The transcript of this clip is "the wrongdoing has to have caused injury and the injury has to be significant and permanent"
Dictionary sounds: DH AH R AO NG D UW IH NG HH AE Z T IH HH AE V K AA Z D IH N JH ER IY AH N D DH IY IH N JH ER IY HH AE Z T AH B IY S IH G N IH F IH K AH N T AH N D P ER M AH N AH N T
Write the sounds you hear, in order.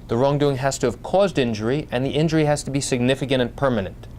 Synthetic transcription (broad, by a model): DH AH R AO NG D UW IH NG HH AE Z T IH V K AA Z D IH N JH ER IY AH N DH IY IH N JH ER IY HH AE Z T AH B IY S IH G N IH F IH K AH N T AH N P ER M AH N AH N T